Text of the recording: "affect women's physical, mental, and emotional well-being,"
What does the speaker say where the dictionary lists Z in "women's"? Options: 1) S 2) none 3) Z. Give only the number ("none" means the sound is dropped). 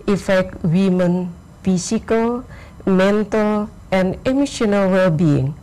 2